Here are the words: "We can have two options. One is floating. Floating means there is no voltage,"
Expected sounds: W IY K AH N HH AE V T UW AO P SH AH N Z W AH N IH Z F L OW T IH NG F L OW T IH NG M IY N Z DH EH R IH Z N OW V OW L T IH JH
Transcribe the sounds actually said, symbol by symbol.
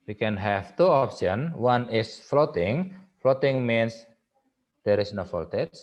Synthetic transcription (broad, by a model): W IY K AH N HH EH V T UW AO P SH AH N W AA N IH S F L OW T IH NG F L OW T IH NG M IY N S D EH R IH S N OW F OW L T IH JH